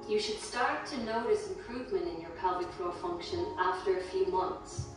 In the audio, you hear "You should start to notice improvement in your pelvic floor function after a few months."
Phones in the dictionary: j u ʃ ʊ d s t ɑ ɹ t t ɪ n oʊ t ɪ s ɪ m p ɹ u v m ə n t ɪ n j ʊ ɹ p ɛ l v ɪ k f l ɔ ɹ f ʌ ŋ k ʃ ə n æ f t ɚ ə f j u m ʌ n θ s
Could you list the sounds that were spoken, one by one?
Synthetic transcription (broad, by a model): j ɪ ʃ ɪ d s t ɑ ɹ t t ɪ n oʊ t ɪ s ɪ m p ɹ u v m ə n t ɪ n j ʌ ɹ p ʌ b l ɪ k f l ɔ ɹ f ʌ ŋ k ʃ ə n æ f t ɚ ə f j u m ʌ n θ s